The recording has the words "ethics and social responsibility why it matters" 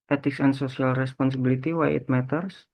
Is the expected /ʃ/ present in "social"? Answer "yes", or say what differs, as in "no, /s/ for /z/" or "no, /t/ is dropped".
no, /s/ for /ʃ/